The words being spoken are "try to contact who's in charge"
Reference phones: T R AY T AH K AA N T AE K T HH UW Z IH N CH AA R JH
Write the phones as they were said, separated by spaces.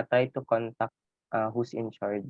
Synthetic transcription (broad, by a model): T R AY T AH K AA N T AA K T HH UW S IH N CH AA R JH